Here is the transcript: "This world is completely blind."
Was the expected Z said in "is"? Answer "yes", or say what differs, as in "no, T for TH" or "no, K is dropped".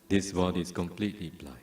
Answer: no, S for Z